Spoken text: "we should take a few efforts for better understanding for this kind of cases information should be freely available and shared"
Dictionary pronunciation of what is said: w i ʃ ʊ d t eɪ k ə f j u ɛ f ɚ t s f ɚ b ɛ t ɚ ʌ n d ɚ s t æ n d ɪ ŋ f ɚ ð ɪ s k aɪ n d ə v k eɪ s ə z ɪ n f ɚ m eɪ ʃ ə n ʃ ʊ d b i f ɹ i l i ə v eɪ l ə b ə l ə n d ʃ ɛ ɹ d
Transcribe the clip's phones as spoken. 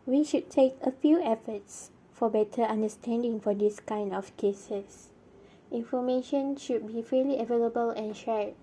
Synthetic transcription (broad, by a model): w i ʃ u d t eɪ k ə f j u ɛ f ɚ t s f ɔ b ɛ t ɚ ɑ n d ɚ s t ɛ n d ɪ ŋ f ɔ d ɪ s k aɪ n d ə f k eɪ s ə s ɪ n f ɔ m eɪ ʃ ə n ʃ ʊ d b i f ɛ l i ə v eɪ l ə b ə l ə n ʃ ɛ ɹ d